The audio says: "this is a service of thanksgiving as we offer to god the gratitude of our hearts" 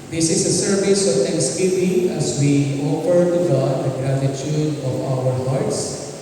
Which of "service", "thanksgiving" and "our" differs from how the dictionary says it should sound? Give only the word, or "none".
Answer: thanksgiving